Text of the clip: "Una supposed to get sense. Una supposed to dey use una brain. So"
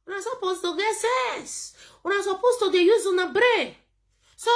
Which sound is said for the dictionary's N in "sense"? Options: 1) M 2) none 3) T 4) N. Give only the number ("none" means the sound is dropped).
2